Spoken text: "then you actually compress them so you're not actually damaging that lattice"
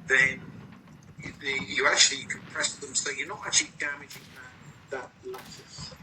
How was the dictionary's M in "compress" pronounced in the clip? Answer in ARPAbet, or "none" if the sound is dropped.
none